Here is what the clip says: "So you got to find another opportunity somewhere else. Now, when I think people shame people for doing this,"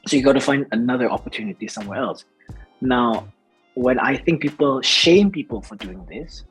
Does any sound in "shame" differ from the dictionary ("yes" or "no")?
no